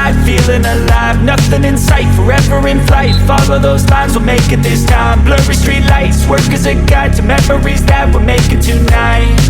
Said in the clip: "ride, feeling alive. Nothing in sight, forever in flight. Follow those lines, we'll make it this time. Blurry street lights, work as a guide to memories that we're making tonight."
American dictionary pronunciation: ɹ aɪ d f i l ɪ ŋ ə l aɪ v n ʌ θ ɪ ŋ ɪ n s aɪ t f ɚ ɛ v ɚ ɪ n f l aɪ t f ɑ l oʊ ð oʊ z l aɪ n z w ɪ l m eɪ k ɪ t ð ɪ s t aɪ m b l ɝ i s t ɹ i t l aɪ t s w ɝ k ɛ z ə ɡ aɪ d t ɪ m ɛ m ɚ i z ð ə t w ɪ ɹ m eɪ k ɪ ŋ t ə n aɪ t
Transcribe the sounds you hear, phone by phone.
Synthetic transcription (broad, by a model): aɪ f i l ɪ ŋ ə l aɪ v n ʌ θ ɪ ŋ ɪ n s aɪ t f ɚ ɛ v ɚ ɪ n f l aɪ t f ɑ l oʊ ð oʊ z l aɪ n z w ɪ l m eɪ k ɪ t ð ɪ s t aɪ m b l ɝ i s t ɹ i t l aɪ t s w ɝ k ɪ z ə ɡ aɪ t ɪ m ɛ m ɚ i z ð ə t w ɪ l m eɪ k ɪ t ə n aɪ t